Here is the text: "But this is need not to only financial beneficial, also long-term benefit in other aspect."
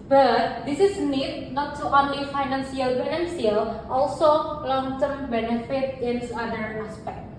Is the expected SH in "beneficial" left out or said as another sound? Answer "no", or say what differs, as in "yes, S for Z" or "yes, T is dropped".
yes, SH is dropped